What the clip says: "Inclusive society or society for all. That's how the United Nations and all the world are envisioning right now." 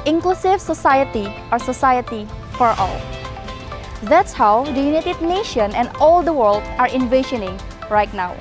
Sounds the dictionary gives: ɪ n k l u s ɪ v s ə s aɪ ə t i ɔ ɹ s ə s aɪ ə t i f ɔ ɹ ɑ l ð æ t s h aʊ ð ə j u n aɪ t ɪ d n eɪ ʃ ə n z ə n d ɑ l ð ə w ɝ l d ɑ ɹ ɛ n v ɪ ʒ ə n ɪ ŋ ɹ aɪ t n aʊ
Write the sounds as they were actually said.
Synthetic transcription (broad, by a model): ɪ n k l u s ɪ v s ə s aɪ ə t i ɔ ɹ s ə s aɪ ə t i f ɔ ɹ ɑ l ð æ t s h aʊ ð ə j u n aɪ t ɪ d n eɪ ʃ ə n ə n d ɑ l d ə w ɝ l d ɑ ɹ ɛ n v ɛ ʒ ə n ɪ ŋ ɹ aɪ t n aʊ